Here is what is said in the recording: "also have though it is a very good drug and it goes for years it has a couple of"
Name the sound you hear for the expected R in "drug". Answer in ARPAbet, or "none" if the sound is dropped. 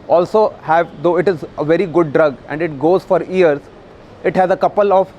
R